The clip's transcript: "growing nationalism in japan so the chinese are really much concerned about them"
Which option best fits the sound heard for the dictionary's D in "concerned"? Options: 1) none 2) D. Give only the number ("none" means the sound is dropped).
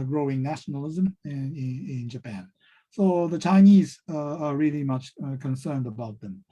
2